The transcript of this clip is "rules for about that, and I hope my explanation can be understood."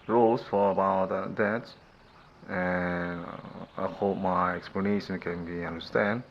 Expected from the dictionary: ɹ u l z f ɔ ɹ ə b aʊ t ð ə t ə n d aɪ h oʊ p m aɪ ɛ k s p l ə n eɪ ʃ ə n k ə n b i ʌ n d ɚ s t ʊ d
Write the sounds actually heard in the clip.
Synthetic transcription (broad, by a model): ɹ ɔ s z f ɔ ɹ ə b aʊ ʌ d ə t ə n aɪ h oʊ p m aɪ ɛ k s p l ə n eɪ ʃ ə n k ə n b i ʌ n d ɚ s t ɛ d